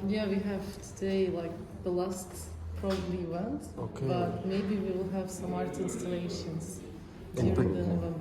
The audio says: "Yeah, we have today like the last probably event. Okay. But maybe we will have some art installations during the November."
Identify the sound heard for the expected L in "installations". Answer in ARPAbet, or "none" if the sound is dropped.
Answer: N